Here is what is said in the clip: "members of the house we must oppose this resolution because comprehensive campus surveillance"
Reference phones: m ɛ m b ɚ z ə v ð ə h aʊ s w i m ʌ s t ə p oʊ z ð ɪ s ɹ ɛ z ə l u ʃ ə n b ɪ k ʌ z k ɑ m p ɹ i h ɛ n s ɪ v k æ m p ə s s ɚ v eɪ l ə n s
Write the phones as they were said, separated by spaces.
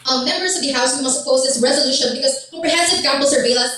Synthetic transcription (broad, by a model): m ɛ m b ɚ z ə v ð ə h aʊ s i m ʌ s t ə p oʊ z ð ɪ s ɹ ɛ z ə l u ʃ ə n b ɪ k ʌ z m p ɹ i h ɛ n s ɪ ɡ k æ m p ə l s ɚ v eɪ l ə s